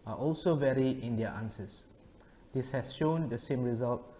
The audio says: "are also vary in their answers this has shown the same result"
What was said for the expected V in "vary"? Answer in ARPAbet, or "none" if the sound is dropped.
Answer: V